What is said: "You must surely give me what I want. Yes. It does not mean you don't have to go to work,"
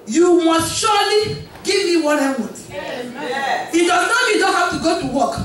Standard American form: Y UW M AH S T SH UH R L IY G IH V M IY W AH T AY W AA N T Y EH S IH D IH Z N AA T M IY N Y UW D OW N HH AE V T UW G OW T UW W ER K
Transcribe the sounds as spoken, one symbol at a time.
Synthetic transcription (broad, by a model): Y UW M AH S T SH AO L IY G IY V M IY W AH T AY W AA T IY IH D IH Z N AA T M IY D OW N HH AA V T UW G OW T UW W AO K